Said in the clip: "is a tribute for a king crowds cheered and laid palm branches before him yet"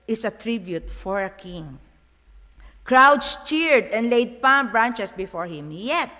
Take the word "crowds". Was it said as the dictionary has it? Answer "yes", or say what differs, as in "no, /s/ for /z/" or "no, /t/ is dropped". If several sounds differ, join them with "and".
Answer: no, /s/ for /z/